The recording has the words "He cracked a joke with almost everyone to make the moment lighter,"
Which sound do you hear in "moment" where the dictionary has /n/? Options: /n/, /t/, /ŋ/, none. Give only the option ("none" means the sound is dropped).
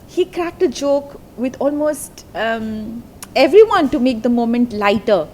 /n/